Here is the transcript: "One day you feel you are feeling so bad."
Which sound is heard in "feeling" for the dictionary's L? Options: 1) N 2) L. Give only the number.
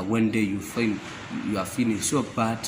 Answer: 1